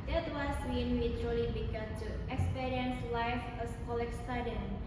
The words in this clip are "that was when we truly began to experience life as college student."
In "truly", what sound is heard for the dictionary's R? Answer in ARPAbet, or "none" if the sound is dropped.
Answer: none